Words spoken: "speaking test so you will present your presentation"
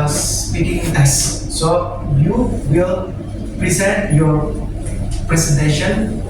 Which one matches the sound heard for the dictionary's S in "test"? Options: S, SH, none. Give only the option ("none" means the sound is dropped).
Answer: none